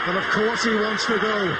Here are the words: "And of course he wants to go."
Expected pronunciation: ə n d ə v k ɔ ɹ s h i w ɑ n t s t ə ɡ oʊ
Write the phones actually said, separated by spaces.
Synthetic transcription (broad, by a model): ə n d ə v k ɔ ɹ s h i w ɑ n t s t ə ɡ oʊ